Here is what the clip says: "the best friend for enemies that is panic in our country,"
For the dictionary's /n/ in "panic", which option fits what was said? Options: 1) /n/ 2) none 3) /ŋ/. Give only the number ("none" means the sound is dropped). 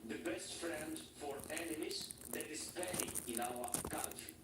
2